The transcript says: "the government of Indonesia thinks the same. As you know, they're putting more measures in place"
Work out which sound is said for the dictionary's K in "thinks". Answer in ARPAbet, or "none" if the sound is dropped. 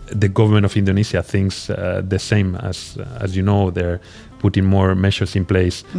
K